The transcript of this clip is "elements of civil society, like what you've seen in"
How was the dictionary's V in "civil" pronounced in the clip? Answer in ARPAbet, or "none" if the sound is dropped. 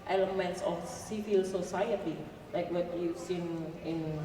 F